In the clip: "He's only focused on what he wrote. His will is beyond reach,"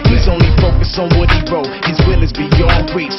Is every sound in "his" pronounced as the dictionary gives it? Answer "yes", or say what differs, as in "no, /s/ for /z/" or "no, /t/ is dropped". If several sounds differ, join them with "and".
yes